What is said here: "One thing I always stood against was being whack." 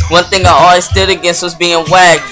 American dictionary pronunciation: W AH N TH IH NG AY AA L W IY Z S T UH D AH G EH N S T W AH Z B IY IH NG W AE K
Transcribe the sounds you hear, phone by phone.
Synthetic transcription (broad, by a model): W AH N TH IH NG AY AA L W IY Z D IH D AH G EH N S T W AH Z B IY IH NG W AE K